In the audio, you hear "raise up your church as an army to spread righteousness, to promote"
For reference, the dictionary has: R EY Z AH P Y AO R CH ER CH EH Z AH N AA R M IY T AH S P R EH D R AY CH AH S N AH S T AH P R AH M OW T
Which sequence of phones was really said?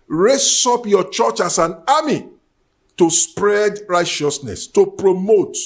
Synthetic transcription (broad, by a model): R EY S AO P Y AO CH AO CH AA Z AH N AA M IY T AH S P R EH D R AY CH AH S N AH S T AH P R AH M OW T